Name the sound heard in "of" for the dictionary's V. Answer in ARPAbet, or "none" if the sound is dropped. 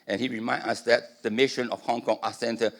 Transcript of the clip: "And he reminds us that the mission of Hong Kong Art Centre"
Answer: F